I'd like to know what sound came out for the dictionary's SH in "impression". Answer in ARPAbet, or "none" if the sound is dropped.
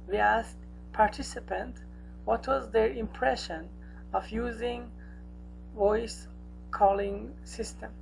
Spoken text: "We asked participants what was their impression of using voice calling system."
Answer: SH